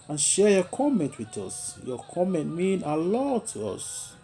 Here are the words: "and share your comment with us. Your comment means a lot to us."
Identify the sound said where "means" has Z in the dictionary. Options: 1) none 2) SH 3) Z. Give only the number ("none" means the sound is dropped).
1